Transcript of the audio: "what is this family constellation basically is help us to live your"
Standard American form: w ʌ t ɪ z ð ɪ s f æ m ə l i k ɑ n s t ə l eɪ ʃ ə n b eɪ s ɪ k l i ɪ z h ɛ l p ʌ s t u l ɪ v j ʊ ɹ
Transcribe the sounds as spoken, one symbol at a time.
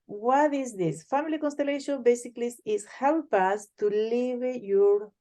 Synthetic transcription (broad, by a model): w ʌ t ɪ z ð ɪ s f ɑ m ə l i k ɑ n s t ə l eɪ ʃ ə n b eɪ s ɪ k l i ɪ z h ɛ w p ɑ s t u l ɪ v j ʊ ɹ